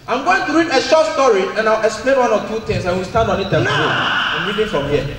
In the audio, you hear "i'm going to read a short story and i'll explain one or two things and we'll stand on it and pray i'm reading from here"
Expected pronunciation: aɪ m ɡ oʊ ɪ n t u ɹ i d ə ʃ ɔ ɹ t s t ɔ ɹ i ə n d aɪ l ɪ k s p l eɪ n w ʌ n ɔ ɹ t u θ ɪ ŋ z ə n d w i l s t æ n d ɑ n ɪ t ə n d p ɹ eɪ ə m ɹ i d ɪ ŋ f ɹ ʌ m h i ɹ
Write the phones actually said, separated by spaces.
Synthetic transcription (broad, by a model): aɪ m ɡ oʊ ɪ n t u ɹ i d ə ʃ ɔ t s t ɔ ɹ i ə n aɪ w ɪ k s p l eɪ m w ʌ n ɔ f t u t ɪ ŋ s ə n w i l s t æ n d ɑ n ɪ t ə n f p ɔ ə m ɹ i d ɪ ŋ f ɹ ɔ m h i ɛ